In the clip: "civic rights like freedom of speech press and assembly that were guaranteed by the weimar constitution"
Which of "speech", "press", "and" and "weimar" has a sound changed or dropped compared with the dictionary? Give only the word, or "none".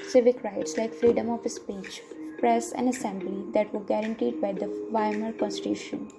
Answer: weimar